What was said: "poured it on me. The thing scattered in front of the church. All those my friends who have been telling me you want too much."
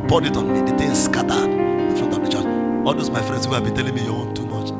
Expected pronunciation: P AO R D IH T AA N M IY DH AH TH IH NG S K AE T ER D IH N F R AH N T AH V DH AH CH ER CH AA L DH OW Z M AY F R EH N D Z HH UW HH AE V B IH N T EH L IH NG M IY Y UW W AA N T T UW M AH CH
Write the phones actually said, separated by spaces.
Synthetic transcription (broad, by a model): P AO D IH T AA N M IY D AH T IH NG S K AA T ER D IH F R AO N T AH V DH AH CH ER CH AA L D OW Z M AY F R EH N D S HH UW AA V B IH N T EH L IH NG M IY Y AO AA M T T UW M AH CH